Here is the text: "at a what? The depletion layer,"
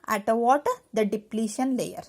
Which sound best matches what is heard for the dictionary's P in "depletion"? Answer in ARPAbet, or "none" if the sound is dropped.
P